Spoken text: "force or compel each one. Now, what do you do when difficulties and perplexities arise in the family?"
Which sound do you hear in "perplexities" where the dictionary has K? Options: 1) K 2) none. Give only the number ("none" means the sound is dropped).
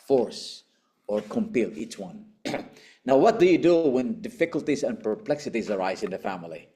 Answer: 1